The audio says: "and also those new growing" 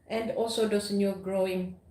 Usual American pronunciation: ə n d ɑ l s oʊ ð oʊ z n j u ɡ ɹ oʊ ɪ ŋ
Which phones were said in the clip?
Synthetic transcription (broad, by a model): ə n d ɑ l s oʊ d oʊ s n j u ɡ ɹ oʊ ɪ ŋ